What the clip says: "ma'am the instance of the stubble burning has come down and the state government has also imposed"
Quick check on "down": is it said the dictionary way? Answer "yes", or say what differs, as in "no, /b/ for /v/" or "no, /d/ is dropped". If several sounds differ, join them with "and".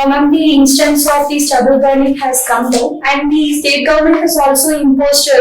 no, /n/ is dropped